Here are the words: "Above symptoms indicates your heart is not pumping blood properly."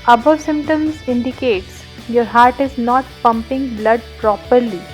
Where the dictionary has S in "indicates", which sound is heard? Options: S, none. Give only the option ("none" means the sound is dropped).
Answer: S